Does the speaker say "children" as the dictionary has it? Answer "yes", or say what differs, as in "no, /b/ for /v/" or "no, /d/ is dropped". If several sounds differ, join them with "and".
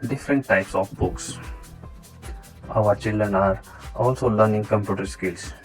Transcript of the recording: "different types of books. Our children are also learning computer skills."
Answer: yes